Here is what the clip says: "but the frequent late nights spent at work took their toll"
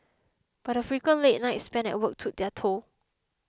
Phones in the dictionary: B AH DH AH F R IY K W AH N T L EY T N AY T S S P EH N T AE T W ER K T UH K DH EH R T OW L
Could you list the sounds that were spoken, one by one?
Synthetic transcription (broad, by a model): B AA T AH F R IY K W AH N L EY T N AY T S S P EH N EH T W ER K T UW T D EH T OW